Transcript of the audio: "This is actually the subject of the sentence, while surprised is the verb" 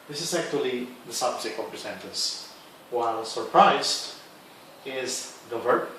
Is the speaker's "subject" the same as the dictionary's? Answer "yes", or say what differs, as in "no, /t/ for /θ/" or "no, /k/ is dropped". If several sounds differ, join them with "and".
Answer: no, /t/ is dropped